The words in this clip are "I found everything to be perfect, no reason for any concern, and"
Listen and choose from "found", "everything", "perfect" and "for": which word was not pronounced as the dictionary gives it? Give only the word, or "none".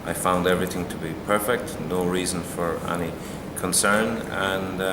none